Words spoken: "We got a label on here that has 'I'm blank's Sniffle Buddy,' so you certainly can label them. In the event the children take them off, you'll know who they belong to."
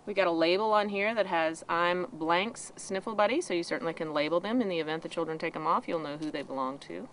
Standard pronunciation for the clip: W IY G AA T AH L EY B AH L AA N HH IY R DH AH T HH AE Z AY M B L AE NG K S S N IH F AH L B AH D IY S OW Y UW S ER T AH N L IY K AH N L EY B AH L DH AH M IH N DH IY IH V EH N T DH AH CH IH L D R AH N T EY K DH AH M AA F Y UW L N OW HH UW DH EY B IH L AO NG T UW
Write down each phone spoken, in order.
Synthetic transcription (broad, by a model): W IY G AA T AH L EY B L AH N HH IY R DH AH T HH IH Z AY M B L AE NG K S S N IH F L B AH D IY S OW Y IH S ER T N L IY K AH N L EY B L DH AH M IH N DH IY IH V EH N DH AH CH IH L D R AH N T EY K DH AH M AA F Y UW L N OW HH UW DH EY B IH L AO NG T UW